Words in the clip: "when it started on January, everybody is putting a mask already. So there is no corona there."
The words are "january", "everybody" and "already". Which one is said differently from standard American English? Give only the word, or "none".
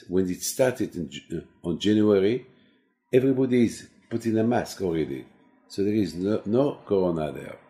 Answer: none